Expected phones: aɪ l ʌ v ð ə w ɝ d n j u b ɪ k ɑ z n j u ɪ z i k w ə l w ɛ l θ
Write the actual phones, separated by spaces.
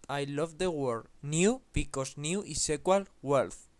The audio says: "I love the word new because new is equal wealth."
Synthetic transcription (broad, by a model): aɪ l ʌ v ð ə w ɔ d n j u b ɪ k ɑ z n j u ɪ s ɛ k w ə l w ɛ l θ